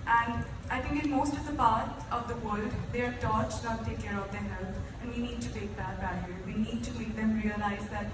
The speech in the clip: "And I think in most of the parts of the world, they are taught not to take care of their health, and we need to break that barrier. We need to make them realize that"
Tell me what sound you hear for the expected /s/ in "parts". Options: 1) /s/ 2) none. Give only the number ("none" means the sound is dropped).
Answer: 2